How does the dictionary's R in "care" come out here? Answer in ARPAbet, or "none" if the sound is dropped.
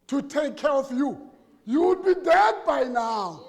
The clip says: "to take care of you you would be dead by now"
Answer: R